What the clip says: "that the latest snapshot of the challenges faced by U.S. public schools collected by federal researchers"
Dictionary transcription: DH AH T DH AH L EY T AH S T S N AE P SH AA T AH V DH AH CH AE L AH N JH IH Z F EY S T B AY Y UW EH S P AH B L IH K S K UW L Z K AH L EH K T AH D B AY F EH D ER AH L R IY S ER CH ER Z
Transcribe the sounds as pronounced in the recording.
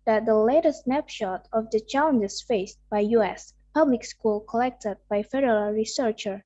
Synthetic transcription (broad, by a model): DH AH T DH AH L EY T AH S S N AE P SH AA T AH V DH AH CH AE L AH N JH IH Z F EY S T B AY Y UW EH S P AH B L IH K S K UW L K AH L EH K T AH D B AY F EH D ER AH L R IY S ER CH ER